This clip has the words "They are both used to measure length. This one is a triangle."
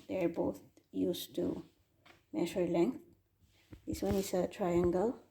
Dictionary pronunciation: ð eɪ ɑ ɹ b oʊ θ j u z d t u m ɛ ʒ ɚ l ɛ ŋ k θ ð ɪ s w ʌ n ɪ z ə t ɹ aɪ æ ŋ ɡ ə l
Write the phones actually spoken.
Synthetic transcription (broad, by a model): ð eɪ ɑ ɹ b oʊ t j u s t u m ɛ ʃ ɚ l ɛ ŋ k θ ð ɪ s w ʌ n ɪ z ə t ɹ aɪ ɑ ŋ ɡ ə l